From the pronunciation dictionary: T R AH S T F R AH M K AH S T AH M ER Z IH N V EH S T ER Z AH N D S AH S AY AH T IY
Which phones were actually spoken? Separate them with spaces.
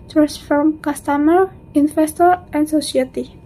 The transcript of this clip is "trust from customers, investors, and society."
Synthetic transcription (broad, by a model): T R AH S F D R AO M K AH S T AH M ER IH N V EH S T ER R AH N D S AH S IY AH T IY